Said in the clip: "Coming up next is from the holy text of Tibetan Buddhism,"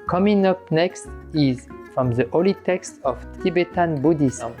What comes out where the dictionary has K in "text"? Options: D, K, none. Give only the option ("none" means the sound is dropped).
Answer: K